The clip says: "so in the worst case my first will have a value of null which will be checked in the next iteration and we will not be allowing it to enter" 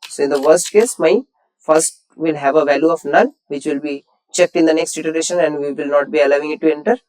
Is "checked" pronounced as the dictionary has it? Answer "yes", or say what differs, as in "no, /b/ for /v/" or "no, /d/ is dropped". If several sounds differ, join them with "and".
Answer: yes